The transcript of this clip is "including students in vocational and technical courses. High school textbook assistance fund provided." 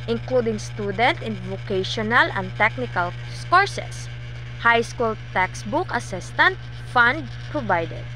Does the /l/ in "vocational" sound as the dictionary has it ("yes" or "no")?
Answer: yes